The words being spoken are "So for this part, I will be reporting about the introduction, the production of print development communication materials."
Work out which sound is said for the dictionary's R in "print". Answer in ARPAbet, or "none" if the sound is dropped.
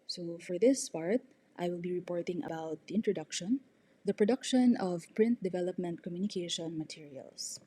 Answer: R